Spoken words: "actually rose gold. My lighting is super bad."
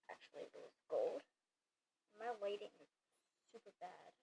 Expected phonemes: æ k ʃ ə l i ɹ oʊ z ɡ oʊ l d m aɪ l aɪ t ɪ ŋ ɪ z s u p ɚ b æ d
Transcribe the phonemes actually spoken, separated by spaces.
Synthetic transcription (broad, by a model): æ k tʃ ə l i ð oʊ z ɡ oʊ l d m aɪ w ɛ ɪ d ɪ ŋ s u p ɚ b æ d